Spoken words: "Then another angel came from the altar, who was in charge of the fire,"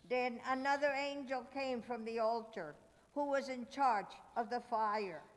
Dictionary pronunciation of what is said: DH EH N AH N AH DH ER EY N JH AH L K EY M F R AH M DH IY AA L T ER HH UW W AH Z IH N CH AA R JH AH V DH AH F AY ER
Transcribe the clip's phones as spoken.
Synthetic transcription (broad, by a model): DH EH N AH N AH DH ER EY N JH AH L K EY M F R AH M DH IY AA L T ER HH UW W AH Z IH N CH AA R JH AH V DH AH F AY ER